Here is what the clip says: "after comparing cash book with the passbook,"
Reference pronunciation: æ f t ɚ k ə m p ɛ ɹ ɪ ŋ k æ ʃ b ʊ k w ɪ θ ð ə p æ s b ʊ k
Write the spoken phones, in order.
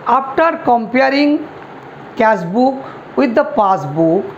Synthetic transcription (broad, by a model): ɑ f t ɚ k ə m p ɛ ɹ ɪ ŋ k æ s b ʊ k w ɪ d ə p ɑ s b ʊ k